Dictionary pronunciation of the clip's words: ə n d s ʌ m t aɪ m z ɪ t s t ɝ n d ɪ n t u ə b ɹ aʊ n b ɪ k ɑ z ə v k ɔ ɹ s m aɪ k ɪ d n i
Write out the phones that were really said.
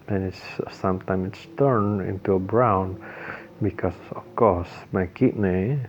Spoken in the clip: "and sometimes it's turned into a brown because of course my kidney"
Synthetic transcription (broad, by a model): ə n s s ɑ m t aɪ m ɪ t s t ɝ n ɪ n t u ə b ɹ aʊ n b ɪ k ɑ s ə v k ɔ s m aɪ k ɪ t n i